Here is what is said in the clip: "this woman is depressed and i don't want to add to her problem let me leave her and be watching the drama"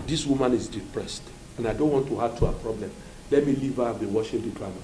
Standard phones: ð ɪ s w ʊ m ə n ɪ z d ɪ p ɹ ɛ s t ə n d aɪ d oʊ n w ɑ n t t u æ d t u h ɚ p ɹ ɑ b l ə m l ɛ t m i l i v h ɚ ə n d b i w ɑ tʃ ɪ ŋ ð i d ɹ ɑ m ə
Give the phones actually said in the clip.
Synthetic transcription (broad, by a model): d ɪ s w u m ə n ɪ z d ɪ p ɹ ɛ s t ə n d aɪ d oʊ n w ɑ n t t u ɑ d t u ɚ p ɹ ɑ b l ə m l ɛ t m i l i v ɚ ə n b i w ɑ ʃ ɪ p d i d ɹ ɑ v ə